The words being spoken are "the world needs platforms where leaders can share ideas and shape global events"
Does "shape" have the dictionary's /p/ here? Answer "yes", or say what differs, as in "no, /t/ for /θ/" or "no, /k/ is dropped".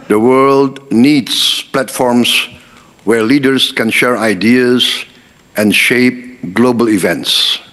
yes